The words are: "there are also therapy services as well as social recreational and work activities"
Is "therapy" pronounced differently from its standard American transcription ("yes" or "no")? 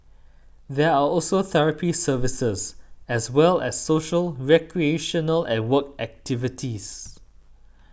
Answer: no